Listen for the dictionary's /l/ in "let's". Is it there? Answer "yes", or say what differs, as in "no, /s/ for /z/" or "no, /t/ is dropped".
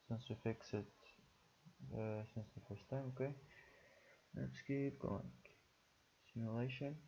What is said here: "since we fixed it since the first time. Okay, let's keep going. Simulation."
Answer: no, /n/ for /l/